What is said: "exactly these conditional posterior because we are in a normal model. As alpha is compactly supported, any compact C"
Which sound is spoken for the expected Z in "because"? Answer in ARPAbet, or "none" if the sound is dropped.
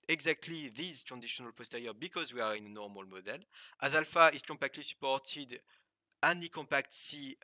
Z